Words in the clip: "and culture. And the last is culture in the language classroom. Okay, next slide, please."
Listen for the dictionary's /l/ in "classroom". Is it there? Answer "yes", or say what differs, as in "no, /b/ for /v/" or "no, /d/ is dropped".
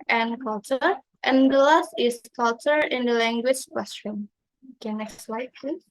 no, /w/ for /l/